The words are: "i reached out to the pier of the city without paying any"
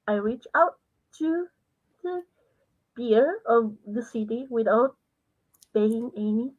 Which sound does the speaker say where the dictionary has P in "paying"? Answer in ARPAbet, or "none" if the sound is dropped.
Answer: B